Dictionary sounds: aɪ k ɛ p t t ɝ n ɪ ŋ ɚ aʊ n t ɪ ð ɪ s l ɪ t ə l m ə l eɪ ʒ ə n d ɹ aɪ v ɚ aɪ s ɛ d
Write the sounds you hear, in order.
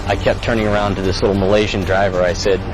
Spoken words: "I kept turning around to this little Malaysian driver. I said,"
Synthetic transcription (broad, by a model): aɪ k ɛ p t t ɝ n ɪ ŋ ɚ aʊ n t ɪ ð ɪ s l ɪ t l m ə l eɪ ʒ ə n d ɹ aɪ v ɚ aɪ s ɛ d